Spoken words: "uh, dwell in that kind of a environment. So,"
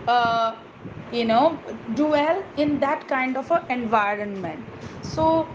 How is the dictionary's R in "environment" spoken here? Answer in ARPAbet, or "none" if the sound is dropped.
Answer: R